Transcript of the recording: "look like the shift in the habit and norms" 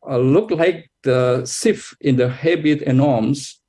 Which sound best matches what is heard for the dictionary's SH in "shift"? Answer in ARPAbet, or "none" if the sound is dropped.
S